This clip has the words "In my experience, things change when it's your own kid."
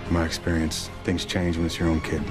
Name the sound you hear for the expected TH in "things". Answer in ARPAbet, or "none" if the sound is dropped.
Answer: TH